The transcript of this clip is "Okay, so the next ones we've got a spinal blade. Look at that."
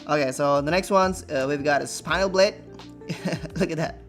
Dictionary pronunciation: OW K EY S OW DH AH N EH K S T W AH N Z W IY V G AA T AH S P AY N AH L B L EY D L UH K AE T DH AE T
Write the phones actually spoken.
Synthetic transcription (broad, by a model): OW K EY S OW DH AH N EH K S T W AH N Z W IY V G AA T AH S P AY AH L B L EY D L UH K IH T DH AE T